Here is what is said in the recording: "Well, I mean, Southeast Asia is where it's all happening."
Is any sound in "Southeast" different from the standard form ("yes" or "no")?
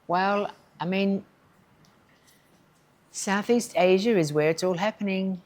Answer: no